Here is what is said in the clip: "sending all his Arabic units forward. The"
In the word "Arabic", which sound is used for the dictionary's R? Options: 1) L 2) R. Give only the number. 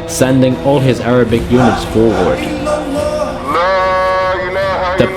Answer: 2